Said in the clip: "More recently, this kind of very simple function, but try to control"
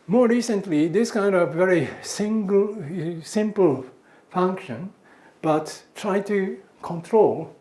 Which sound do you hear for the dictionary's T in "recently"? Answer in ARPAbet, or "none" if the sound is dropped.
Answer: T